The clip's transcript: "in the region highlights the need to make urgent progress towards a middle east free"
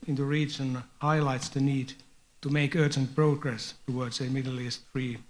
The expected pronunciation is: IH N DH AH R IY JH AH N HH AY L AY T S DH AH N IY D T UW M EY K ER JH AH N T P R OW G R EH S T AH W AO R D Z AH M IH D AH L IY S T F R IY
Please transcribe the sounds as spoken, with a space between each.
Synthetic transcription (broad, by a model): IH N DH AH R IY JH AH N HH AY L AY T S DH AH N IY D T UW M EY K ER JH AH N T P R OW G R EH S T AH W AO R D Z AH M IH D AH L IY S T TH R IY